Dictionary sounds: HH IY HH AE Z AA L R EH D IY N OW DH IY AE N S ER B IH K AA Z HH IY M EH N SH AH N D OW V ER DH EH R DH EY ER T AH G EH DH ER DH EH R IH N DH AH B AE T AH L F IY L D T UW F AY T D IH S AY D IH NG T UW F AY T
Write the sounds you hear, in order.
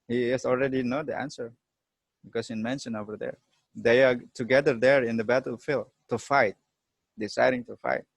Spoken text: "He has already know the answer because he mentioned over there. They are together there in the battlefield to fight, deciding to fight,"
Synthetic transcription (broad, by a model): HH IY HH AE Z AA L R EH D IY N OW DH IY AE N S ER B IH K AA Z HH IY M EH N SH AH N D OW V ER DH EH R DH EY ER T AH G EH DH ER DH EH R IH N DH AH B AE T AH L F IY L T UW F AY T D IH S AY D IH NG T UW F AY T